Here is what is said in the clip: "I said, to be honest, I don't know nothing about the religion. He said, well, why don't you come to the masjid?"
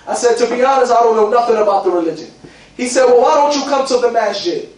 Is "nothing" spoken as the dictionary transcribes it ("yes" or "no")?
yes